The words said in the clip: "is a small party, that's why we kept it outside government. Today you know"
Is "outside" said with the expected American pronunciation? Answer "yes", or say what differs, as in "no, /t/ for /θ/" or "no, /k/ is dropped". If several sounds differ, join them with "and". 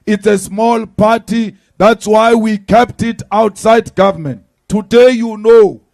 yes